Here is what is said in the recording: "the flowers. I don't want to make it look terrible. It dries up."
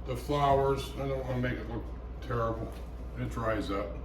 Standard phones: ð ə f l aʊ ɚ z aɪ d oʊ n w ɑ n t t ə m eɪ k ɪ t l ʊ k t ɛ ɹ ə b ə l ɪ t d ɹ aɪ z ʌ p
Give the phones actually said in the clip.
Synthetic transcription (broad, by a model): ð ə f l aʊ ɚ z aɪ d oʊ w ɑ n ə m eɪ k ɪ t l ʊ k t ɛ ɹ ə b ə n ɪ t d ɹ aɪ z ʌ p